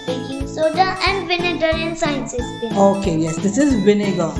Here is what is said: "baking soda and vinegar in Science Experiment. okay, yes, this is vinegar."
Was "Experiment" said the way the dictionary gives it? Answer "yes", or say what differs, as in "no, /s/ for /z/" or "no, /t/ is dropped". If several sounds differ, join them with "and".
no, /k/ is dropped